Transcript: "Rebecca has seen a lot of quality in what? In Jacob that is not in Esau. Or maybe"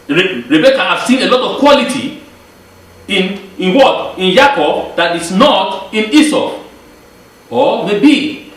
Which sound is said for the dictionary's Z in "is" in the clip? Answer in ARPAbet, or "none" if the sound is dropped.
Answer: S